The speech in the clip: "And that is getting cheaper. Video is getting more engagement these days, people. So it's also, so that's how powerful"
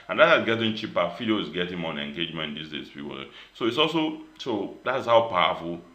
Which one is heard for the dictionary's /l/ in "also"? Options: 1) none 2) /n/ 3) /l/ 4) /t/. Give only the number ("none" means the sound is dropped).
3